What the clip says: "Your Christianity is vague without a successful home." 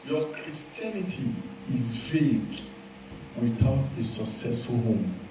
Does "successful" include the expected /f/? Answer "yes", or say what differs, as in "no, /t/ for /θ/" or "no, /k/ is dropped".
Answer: yes